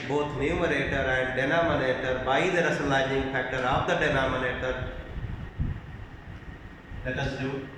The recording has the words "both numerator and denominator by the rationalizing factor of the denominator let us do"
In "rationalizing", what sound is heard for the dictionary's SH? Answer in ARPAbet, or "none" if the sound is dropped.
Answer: S